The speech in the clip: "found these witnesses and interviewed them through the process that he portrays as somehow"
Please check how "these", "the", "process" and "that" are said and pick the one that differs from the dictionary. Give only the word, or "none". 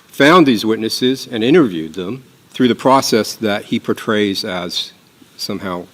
none